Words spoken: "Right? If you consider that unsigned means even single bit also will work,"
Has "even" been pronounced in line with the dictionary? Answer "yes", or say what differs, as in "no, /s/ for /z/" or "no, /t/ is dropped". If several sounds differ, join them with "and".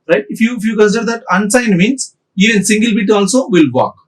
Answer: no, /v/ is dropped